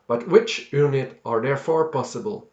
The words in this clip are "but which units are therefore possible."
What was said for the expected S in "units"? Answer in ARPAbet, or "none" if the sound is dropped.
none